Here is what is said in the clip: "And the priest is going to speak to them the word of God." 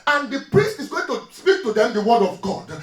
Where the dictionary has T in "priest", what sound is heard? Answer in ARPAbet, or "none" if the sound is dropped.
T